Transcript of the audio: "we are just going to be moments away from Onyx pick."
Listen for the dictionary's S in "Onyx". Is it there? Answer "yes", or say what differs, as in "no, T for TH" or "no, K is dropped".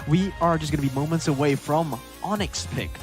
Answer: yes